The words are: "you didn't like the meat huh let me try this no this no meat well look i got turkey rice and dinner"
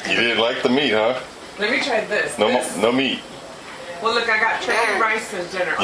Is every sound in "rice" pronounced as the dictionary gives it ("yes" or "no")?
yes